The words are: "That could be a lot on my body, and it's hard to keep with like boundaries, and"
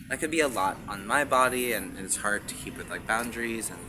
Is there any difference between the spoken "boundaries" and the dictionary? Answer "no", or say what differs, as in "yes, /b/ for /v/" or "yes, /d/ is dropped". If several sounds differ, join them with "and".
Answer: no